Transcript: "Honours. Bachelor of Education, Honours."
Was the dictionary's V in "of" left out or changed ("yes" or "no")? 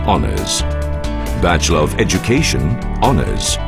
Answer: no